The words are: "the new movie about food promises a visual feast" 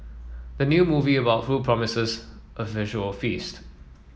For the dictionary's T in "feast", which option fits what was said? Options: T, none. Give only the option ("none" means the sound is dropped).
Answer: T